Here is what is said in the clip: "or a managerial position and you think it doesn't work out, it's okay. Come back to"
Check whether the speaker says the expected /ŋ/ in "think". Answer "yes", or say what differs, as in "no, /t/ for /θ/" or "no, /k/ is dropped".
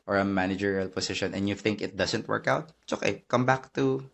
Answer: yes